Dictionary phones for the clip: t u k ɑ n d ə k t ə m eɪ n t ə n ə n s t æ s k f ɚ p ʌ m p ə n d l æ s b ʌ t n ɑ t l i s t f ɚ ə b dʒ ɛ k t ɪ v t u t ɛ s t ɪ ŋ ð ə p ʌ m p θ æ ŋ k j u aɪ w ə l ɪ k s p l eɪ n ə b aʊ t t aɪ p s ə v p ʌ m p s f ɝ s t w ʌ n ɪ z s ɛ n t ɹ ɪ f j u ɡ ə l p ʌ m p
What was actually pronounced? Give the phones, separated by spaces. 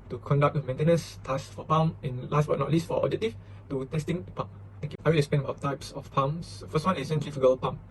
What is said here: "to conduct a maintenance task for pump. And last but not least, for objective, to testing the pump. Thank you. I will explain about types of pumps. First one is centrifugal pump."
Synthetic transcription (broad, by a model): t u k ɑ n d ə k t ə m eɪ n t ə n ə n s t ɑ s f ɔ p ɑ m ə n l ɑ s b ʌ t n ɑ t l i s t f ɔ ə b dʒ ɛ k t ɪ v t u t ɛ s t ɪ ŋ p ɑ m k aɪ w ə l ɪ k s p eɪ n ə b aʊ t t aɪ p s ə f p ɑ m s f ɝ s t w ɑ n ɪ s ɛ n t ɹ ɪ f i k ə l p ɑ m